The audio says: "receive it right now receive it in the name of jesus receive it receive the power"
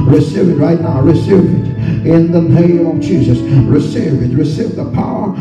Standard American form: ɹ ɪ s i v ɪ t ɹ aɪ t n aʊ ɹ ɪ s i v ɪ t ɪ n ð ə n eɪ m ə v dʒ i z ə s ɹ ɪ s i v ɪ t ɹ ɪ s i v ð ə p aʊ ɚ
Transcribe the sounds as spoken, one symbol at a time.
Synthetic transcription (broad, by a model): ɹ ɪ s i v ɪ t ɹ aɪ t n aʊ ɹ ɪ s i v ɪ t ɪ n ð ə n eɪ m ə v dʒ i z ə s ɹ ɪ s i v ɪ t ɹ ɪ s i v ð ə p aʊ ɚ